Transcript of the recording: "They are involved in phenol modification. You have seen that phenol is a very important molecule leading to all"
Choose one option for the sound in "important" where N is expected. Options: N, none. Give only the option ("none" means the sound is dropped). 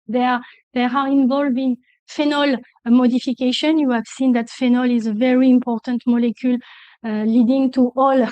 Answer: N